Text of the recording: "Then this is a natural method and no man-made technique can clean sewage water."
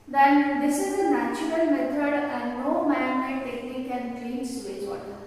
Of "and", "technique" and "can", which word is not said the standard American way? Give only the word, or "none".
technique